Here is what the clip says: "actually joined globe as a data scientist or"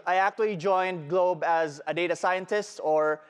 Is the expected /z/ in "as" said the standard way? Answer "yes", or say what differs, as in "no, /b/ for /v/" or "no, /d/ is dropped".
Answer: yes